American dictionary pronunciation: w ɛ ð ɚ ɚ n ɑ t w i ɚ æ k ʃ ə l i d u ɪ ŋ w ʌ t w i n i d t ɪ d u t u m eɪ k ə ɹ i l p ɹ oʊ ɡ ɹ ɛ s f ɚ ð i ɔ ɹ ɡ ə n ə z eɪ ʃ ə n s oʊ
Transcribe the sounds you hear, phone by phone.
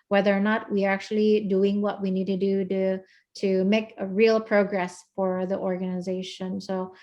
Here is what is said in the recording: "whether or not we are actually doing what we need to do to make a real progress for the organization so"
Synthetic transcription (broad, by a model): w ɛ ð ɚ ɚ n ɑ t w i ɚ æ k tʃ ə l i d u ɪ ŋ w ʌ t w i n i d t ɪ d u t u m eɪ k ə ɹ i l p ɹ oʊ ɡ ɹ ɛ s f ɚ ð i ɔ ɹ ɡ ə n ə z eɪ ʃ ə n s oʊ